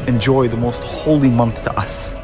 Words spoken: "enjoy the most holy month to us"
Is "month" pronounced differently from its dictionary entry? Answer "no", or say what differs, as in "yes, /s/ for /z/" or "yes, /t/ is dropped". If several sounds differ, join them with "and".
no